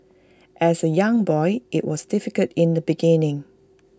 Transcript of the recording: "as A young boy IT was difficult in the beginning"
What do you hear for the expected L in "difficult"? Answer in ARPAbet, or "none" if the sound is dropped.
none